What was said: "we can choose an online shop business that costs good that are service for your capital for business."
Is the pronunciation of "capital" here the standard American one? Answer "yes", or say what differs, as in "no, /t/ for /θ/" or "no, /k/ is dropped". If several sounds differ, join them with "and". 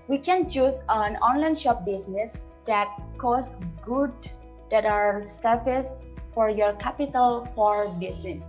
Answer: yes